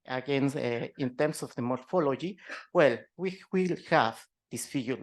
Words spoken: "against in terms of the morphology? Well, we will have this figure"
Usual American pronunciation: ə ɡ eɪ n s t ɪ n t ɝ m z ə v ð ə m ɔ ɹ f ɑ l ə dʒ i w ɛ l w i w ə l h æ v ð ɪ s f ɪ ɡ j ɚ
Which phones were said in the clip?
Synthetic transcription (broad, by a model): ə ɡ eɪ n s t ɪ n t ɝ m s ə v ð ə m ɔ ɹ f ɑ l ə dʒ i w ɛ l w i w ə l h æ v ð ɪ s f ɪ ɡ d